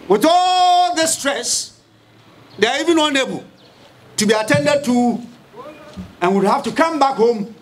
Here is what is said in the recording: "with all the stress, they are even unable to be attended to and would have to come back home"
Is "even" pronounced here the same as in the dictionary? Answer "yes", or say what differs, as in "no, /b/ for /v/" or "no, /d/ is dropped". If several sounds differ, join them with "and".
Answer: yes